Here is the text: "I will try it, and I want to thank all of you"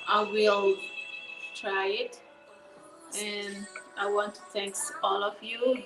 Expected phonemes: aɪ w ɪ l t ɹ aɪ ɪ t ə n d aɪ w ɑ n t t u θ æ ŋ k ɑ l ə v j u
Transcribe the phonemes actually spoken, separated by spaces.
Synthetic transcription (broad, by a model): aɪ w ɪ l t ɹ aɪ ɪ t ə n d aɪ w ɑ n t t u θ æ ŋ k ɑ l ə v j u